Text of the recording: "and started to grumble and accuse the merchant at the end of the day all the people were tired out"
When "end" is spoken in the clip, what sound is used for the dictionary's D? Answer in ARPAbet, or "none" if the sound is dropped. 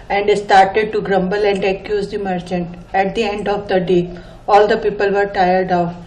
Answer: D